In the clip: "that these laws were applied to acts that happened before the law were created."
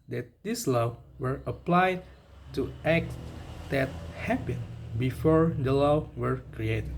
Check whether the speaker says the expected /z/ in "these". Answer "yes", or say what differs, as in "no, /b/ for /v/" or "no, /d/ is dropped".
no, /s/ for /z/